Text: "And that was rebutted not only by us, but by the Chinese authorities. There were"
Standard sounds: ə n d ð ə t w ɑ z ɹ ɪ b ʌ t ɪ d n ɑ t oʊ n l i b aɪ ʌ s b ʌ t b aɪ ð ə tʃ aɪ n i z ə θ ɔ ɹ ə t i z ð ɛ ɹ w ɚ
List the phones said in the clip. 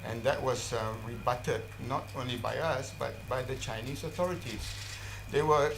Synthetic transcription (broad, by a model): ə n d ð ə t w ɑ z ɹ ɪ b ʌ t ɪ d n ɑ t oʊ n l i b aɪ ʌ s b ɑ t b aɪ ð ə tʃ aɪ n i s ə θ ɔ ɹ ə t i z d ɛ w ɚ